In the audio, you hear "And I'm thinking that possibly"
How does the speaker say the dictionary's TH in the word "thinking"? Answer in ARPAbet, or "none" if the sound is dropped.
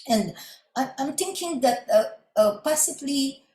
T